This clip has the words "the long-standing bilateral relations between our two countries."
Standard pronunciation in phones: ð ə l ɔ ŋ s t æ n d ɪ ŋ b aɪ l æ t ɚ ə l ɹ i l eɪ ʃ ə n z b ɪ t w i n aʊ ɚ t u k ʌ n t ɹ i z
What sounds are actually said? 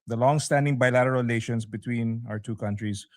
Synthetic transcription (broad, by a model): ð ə l ɔ ŋ s t æ n d ɪ ŋ b aɪ l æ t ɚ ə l l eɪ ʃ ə n s b ɪ t w i n aʊ ɚ t u k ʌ n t ɹ i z